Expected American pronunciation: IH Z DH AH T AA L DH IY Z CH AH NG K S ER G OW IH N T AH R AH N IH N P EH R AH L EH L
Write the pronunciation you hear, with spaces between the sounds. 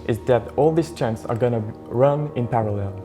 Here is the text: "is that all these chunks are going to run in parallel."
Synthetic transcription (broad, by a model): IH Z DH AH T AA L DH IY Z CH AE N S ER G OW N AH R AH N IH N P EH R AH L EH L